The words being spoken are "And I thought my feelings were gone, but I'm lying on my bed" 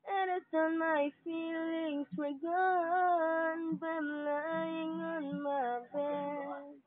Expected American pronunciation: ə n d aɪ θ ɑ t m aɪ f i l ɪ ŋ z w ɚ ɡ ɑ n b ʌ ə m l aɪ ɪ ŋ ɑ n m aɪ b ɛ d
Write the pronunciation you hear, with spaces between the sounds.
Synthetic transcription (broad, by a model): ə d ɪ t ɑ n m aɪ f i l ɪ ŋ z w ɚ ɡ ɑ n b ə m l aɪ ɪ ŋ ɑ n m aɪ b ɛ